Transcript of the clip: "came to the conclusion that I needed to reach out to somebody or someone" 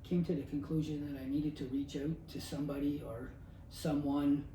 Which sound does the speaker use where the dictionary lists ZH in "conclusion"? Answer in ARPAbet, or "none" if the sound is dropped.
ZH